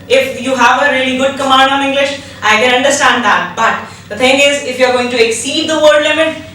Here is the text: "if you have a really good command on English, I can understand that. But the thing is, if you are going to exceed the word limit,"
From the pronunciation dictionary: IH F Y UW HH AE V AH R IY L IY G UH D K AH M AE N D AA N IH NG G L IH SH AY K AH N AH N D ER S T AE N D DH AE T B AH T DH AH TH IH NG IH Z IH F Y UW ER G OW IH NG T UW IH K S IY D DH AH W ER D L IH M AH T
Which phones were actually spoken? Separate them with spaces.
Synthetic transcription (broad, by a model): IH F Y UW HH AE V AH R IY L IY G UH D K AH M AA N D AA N IH NG G L IH SH AY K AH N AH N D ER S T AE N D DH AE T B AH T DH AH T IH NG IH Z IH F Y UW ER G OW IH NG T UW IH K S IY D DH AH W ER D L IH M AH T